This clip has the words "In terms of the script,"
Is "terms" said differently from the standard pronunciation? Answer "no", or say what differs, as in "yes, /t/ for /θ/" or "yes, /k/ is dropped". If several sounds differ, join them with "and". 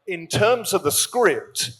no